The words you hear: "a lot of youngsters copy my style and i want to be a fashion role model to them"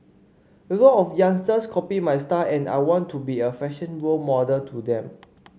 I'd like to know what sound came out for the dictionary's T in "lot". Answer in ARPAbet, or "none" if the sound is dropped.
none